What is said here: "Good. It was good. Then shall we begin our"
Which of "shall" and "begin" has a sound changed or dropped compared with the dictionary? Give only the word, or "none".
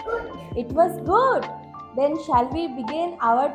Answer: none